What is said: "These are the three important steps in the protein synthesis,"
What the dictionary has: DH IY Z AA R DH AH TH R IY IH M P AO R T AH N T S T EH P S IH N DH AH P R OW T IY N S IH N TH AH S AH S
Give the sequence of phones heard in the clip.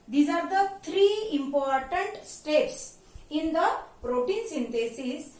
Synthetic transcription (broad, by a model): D IY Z AA R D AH T R IY IH M P AO R T AH N T S T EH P S IH N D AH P R OW T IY N S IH N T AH S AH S